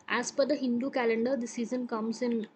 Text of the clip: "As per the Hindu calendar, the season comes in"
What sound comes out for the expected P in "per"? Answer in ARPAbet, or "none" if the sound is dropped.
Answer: F